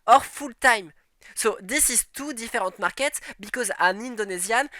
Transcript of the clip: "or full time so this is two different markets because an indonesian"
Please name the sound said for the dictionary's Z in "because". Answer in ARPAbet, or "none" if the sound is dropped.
Z